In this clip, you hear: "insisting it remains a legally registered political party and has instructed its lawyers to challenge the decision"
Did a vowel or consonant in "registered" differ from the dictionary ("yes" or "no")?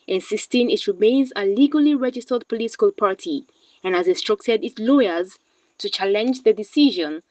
no